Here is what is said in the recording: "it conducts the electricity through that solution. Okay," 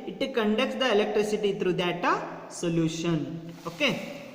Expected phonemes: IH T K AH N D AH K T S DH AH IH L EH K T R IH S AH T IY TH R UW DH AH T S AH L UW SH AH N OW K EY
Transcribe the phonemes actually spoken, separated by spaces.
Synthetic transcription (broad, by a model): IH T K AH N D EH K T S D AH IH L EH K T R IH S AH T IY T R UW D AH T S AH L UW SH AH N OW K EY